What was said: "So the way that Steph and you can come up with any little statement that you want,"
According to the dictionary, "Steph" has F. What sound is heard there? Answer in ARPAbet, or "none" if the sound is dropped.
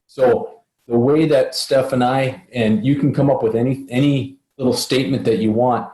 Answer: F